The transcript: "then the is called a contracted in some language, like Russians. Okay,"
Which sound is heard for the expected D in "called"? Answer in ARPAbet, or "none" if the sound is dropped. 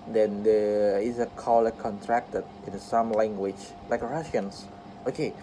none